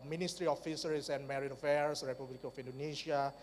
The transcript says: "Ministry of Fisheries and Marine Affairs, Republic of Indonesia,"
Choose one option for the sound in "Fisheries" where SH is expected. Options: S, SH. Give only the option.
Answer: S